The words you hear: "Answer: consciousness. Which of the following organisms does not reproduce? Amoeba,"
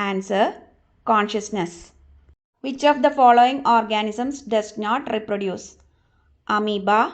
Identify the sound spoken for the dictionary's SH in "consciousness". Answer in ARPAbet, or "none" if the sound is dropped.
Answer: SH